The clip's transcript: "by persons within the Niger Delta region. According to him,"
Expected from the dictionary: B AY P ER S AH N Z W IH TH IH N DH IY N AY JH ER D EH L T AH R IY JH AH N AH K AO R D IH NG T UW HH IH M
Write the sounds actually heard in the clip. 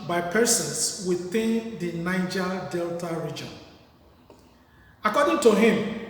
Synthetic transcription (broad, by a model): B AY P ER S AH N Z W IH TH IH N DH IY N AY JH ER D EH L T AH R IY JH AH N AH K AO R D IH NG T UW HH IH M